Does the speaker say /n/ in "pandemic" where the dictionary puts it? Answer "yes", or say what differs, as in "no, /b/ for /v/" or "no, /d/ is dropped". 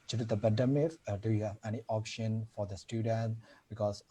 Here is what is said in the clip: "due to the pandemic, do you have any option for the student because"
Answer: no, /n/ is dropped